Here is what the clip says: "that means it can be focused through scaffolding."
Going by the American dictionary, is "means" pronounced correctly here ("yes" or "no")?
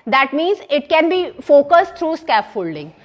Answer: yes